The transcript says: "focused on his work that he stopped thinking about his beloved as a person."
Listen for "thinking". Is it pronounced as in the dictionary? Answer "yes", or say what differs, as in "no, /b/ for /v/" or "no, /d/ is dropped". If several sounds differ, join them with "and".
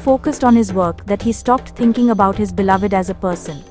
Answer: no, /t/ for /θ/